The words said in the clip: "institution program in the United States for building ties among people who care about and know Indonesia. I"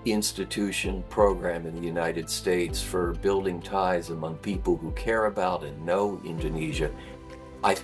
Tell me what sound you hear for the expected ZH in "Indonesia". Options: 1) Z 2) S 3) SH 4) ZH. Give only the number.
4